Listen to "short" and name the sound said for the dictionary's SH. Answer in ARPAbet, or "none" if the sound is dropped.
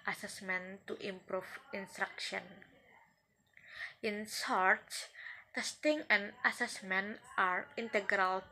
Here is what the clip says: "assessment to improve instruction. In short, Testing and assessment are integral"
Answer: S